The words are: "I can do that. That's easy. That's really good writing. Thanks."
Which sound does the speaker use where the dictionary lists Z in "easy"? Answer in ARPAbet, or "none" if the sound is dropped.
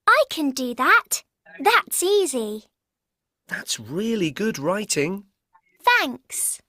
Z